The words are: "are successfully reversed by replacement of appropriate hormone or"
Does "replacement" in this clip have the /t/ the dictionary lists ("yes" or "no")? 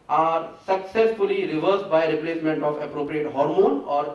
yes